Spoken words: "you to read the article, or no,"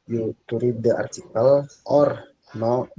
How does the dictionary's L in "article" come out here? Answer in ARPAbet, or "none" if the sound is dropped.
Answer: L